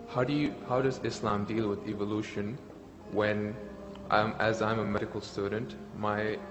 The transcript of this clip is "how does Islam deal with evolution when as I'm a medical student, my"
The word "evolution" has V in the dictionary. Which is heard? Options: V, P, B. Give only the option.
V